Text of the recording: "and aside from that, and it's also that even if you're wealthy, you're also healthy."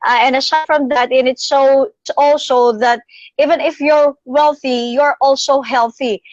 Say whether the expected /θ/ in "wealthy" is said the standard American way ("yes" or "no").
yes